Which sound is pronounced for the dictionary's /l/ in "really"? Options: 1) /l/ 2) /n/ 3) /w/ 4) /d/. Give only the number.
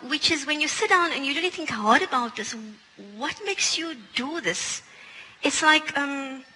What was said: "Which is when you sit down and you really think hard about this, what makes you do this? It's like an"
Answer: 2